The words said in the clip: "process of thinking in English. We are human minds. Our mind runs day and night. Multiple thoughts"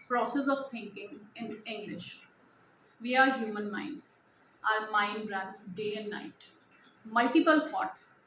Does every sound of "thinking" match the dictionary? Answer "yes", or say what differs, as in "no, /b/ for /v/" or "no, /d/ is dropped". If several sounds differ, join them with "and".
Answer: no, /t/ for /θ/